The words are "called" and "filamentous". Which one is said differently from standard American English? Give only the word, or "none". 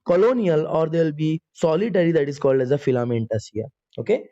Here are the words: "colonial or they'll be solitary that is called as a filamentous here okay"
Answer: none